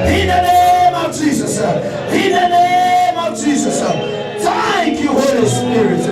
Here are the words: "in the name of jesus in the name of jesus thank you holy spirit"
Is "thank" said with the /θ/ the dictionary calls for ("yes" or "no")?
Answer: no